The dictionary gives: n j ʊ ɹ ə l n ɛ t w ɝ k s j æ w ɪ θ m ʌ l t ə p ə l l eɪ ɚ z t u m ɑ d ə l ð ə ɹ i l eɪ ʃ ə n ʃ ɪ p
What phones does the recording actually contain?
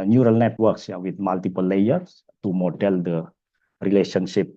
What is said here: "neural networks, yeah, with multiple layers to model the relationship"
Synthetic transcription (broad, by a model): n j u ɹ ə l n ɛ t w ɝ k s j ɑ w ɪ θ m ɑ l t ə p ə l l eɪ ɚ s t u m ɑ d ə l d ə ɹ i l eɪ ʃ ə n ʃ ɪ p